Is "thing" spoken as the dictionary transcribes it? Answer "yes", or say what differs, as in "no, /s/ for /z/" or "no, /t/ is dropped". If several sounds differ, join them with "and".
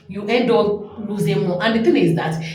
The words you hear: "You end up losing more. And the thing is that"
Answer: no, /t/ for /θ/